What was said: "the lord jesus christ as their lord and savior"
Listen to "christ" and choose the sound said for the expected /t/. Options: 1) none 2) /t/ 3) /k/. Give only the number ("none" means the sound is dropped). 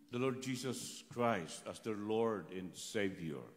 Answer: 2